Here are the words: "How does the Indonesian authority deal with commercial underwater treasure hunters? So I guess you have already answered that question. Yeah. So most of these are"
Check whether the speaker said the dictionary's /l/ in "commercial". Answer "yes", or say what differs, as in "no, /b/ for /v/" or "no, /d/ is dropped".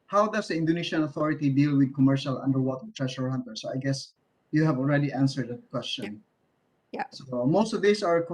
yes